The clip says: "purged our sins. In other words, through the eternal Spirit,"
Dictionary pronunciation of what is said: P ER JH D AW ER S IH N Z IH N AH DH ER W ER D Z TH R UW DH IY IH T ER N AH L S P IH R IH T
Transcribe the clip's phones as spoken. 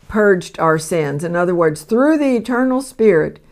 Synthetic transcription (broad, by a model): P ER JH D AW ER S IH N Z IH N AH DH ER W ER D Z TH R UW DH IY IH T ER N L S P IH R IH T